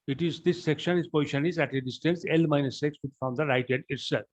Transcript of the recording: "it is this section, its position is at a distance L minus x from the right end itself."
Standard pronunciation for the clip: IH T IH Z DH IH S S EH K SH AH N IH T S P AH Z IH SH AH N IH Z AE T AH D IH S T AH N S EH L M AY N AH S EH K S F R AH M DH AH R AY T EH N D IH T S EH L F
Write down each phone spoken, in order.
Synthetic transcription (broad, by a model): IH T IH Z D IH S S EH K SH AH N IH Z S P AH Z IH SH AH N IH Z AE T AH D IH S T AH N S EH L M AY N AH S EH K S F R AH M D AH R AY T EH D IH T S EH L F